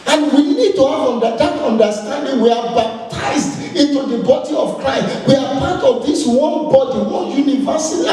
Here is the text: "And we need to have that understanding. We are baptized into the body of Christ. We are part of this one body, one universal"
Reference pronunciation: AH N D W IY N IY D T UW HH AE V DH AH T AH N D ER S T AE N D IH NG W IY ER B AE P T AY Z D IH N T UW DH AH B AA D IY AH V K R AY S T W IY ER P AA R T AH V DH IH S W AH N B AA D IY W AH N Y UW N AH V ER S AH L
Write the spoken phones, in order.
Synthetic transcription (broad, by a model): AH N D W IY N IY D T UW HH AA V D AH T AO N D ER S T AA N D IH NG W IY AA B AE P T AY S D IH N T UW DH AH B AA D IY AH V K R AY S T W IY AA P AA T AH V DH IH S W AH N B AA D IY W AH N Y UW N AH V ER S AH